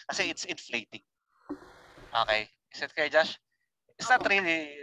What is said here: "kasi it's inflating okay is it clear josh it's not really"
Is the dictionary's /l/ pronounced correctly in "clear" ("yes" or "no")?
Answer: no